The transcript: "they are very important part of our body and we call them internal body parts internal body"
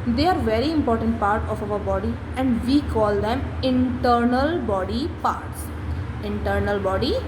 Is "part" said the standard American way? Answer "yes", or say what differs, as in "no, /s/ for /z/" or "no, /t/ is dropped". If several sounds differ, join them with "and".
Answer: yes